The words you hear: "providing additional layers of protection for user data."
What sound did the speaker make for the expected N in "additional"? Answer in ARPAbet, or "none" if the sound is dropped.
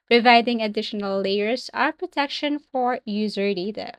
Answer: none